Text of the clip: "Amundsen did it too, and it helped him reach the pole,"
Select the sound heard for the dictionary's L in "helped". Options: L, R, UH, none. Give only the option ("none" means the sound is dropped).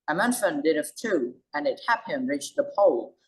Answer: none